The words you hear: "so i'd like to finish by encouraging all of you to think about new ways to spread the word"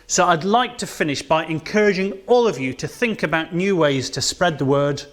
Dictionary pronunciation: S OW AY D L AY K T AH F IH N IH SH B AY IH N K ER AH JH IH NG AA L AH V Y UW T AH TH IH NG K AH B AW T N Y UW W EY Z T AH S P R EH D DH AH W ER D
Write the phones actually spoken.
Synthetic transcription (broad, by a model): S OW AY D L AY K T AH F IH N IH SH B AY IH N K ER AH JH IH NG AA L AH V Y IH T AH TH IH NG K AH B AW T N Y UW W EY Z T AH S P R EH D DH AH W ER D